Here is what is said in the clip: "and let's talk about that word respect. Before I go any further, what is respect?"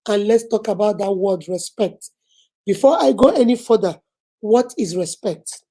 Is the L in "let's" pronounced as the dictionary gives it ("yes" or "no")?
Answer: yes